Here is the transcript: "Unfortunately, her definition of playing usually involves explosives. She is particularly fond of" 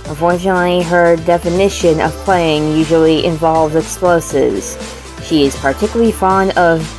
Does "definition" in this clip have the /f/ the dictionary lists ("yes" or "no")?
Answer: yes